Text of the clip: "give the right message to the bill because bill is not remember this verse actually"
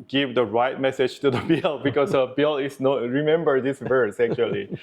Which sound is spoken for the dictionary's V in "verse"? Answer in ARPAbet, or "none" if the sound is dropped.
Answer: V